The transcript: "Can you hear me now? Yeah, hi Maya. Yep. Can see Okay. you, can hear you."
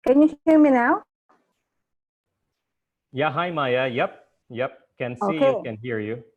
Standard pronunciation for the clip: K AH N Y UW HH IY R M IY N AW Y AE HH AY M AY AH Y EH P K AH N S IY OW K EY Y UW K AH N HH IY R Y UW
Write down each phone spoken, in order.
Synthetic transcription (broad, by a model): K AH N Y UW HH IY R M IY N AW Y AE HH AY M AY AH Y EH P K AH N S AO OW IY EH K AH N HH IY R Y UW